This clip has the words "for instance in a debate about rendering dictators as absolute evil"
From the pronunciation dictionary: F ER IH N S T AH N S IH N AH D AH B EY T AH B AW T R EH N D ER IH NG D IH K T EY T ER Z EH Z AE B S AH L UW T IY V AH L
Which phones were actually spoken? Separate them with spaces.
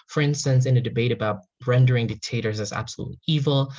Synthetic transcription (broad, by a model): F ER IH N S T AH N S IH N AH D AH B EY T AH B AW T R EH N D ER IH NG D IH K T EY T ER Z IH Z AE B S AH L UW T IY V L